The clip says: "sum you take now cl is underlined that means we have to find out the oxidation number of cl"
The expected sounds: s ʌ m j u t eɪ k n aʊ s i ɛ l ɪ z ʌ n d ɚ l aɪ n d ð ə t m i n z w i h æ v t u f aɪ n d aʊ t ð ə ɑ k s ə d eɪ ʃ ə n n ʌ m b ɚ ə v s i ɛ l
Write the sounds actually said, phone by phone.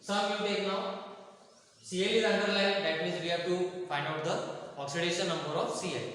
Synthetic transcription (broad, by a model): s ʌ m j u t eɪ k n aʊ s i ɛ l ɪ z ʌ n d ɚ l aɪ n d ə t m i z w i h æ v t u f aɪ n d aʊ t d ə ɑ k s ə d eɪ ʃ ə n n ʌ m b ɚ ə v s i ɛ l